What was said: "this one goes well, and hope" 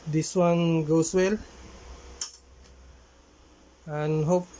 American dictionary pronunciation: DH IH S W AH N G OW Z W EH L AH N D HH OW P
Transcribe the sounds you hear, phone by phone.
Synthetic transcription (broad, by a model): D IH S W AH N G OW S W EH L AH N HH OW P